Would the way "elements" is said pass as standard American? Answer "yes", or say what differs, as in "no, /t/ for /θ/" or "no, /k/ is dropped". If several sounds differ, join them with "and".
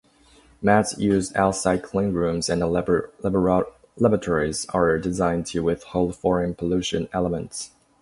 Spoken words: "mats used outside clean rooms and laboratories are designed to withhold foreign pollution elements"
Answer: yes